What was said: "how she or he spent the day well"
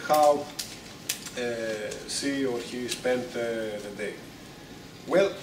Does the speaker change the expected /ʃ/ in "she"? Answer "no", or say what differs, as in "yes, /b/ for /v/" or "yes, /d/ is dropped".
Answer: yes, /s/ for /ʃ/